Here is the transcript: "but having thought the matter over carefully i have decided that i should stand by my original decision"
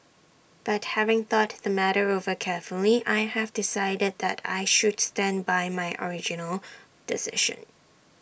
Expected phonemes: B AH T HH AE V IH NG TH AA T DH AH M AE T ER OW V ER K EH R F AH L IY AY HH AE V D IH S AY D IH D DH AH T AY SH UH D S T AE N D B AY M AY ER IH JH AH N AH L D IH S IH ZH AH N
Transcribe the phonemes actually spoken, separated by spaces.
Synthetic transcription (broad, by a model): B AH T HH AE V IH NG TH AA T DH AH M AE T ER OW V ER K EH R F AH L IY AY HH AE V D IH S AY D IH D DH AH T AY SH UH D S T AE N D B AY M AY ER IH JH AH N AH L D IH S IH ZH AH N